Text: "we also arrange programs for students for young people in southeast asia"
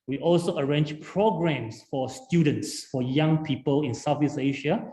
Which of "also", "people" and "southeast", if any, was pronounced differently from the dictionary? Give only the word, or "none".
southeast